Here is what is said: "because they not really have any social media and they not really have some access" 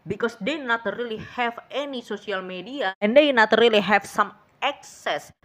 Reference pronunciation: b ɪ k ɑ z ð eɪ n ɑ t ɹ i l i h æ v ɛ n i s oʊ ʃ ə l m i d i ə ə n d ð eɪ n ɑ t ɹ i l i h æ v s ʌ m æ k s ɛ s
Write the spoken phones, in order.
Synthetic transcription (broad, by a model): b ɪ k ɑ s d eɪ n ɑ t ɹ i l i h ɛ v ɛ n i s oʊ s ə l m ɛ d i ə ə n d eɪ n ɑ t ɹ i l i h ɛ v s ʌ m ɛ k s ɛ s